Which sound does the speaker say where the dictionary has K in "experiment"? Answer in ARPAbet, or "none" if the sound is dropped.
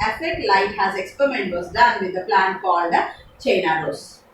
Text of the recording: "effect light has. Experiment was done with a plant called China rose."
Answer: K